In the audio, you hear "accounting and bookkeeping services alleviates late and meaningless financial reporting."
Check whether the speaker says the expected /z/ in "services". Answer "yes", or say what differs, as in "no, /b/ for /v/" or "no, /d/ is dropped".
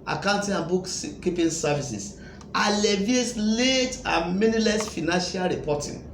no, /s/ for /z/